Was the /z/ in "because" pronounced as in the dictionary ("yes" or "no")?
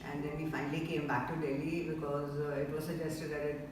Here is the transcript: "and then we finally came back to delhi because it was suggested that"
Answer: yes